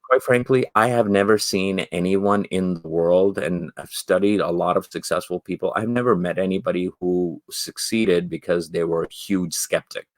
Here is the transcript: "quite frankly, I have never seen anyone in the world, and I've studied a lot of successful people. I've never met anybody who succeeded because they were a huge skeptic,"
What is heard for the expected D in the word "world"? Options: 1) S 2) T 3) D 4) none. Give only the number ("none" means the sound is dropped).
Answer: 3